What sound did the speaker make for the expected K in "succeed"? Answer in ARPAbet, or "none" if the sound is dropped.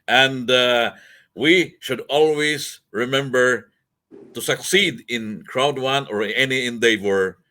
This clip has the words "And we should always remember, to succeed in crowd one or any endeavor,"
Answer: K